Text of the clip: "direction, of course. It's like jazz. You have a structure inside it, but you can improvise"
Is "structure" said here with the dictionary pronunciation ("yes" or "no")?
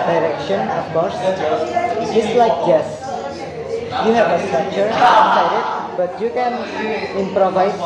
no